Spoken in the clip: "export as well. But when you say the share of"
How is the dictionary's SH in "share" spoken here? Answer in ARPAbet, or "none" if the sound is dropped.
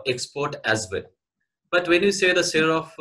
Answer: S